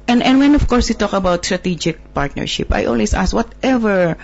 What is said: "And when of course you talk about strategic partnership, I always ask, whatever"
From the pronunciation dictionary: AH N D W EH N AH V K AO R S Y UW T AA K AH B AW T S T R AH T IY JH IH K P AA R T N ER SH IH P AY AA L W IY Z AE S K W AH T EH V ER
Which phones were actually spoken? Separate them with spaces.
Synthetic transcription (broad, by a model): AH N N W EH N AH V K AO R S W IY T AA K AH B AW T S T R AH T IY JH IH K P AA R T N ER SH IH P AY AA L W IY S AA S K W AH T EH V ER